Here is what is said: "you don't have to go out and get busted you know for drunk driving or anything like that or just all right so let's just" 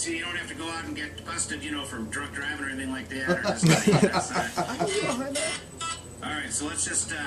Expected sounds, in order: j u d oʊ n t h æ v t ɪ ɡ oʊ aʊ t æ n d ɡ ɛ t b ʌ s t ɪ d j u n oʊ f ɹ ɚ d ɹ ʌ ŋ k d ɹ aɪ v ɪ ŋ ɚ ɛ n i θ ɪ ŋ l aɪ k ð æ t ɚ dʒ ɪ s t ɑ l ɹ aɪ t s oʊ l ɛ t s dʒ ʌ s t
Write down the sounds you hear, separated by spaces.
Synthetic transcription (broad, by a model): j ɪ d oʊ n t h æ f t ɪ ɡ oʊ aʊ t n ɡ ɛ t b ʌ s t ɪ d j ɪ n oʊ f ɹ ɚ d ɹ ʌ k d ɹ aɪ v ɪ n ɚ ɛ n i θ ɪ ŋ l aɪ k ð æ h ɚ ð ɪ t t ɑ l ɹ aɪ t s oʊ l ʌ t s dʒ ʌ s t